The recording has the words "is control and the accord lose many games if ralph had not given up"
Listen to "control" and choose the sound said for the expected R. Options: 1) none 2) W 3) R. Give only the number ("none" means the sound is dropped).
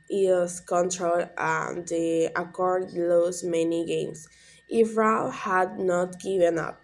3